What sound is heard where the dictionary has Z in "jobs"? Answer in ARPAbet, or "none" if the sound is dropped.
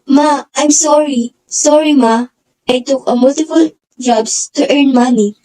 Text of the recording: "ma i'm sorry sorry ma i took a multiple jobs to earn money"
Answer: S